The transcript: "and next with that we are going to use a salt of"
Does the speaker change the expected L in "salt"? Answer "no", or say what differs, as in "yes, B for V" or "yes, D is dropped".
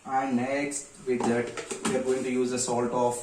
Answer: no